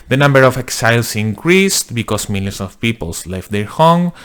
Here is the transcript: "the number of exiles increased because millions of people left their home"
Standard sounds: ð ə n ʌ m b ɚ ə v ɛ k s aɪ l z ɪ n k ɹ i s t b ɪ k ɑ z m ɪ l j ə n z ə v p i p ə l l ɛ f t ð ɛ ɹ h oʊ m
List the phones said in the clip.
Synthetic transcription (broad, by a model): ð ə n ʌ m b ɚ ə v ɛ k s aɪ l s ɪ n k ɹ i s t b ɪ k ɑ s m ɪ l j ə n s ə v p i p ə l l ɛ f t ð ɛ ɹ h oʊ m